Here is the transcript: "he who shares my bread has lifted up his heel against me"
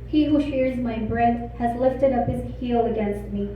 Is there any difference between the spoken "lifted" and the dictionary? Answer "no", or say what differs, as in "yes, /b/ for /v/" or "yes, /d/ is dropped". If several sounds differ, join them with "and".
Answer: no